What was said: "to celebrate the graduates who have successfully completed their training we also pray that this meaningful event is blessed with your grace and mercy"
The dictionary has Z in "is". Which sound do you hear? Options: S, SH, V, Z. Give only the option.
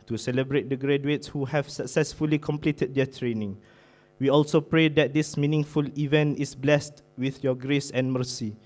S